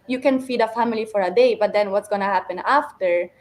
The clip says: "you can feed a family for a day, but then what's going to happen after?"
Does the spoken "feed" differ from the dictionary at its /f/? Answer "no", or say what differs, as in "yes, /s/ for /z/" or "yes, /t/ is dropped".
no